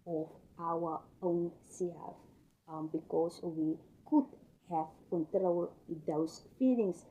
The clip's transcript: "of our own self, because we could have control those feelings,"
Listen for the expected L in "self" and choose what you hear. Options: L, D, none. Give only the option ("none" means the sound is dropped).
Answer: none